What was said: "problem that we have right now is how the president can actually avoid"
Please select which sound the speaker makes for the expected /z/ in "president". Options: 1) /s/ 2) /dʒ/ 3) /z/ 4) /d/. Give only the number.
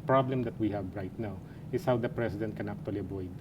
1